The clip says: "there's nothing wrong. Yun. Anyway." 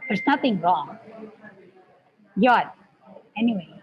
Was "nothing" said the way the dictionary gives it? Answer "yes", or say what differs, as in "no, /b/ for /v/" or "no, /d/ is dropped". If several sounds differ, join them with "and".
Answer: yes